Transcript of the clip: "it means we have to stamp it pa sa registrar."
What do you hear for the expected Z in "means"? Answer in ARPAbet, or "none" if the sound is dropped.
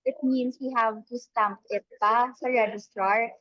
S